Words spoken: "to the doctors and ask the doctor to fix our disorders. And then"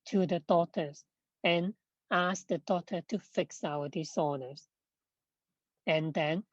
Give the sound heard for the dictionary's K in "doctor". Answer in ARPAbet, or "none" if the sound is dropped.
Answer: none